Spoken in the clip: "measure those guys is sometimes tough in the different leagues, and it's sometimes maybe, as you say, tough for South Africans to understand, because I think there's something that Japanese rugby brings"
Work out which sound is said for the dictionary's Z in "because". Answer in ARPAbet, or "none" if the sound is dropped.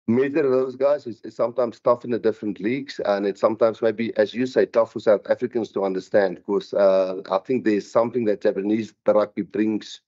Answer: none